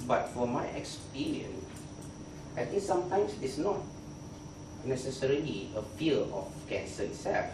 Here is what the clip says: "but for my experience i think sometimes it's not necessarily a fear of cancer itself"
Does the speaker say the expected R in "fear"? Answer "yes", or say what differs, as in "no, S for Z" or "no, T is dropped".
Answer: no, L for R